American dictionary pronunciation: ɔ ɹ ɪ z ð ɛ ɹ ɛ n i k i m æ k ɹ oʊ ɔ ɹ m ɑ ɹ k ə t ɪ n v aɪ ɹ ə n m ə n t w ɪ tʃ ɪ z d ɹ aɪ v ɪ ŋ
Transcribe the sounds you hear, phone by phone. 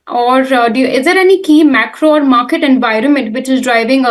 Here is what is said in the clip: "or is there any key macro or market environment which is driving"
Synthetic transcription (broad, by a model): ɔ ɹ ɪ z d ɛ ɹ ɛ n i k i m æ k ɹ oʊ ɔ ɹ m ɑ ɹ k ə t ɪ n v aɪ ɹ ə n m ə n t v ɪ tʃ ɪ z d ɹ aɪ v ɪ ŋ